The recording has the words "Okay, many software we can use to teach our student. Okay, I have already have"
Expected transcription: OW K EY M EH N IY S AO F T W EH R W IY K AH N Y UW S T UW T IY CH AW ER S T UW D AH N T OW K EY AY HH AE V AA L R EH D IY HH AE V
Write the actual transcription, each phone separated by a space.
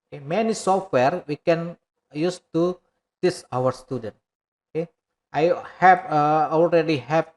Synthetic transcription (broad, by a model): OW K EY M EH N IY S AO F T W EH R W IY K AH N Y UW S T UW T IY S AW ER S T UW D AH N T OW K EY AY HH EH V AA L R EH D IY HH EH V